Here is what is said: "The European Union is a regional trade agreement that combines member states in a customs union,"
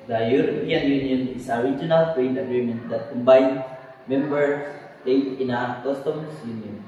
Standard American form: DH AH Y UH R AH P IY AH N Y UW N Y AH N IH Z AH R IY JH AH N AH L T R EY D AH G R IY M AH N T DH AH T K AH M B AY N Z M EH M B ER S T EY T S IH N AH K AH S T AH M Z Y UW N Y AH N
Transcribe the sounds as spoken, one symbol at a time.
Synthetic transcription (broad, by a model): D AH Y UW R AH P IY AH N Y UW N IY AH N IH S AH R IY JH AH N AH L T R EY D AH G R IY M AH N T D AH T K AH M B AY N S M EH M B ER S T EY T IH N AH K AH S T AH M S Y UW N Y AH N